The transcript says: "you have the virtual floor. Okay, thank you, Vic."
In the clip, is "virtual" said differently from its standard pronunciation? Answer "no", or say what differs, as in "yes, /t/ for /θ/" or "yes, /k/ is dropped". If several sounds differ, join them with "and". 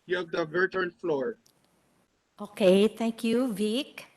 yes, /n/ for /l/